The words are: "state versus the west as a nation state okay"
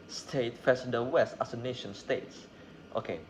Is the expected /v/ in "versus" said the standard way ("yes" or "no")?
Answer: no